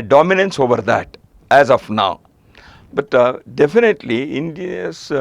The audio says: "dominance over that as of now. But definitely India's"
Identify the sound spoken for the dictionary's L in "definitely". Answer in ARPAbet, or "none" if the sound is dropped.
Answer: L